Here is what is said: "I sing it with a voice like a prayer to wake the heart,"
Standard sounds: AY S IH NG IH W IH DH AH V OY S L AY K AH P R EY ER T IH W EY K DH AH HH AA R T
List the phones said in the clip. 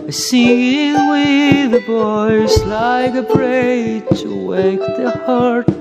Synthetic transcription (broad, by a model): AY S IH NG W IH DH AH B OY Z L AY K AH B R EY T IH W EY K DH AH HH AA R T